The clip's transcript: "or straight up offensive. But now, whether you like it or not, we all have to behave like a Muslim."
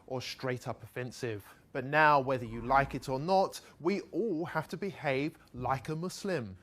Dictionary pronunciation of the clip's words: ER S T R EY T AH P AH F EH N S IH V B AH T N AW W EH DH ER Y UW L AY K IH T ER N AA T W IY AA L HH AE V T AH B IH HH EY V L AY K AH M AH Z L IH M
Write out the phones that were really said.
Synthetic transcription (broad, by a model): ER S T R EY T AH P AH F EH N S IH V B AH T N AW W EH DH ER Y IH L AY K IH T ER N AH T W IY AA L HH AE F T AH B IH HH EY V L AY K AH M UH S L IH M